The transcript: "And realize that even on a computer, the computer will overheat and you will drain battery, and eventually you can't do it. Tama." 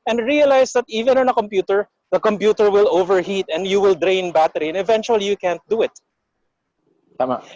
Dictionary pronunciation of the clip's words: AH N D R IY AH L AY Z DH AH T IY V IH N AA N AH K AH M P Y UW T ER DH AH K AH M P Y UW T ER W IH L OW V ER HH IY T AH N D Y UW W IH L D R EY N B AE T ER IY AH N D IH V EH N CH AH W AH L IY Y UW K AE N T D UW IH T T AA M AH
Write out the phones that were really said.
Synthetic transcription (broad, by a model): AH N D R IY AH L AY S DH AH T IY V IH N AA N AH K AH M P Y UW T ER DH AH K AH M P Y UW T ER W IH L OW V ER HH IY T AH N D Y UW W IH L D R EY N B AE T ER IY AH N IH V EH N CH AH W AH L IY Y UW K AE N T D UW IH T T AA M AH